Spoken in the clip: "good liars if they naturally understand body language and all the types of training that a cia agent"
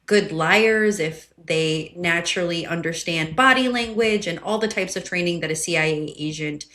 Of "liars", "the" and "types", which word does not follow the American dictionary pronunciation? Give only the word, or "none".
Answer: none